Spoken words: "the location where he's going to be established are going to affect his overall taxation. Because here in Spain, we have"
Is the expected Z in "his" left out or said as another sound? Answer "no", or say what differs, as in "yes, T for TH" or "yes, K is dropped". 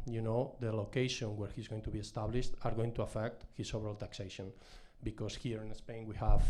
yes, S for Z